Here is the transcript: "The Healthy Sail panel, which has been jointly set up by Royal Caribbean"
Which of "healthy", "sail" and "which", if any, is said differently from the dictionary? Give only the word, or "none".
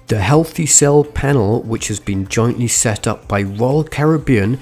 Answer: none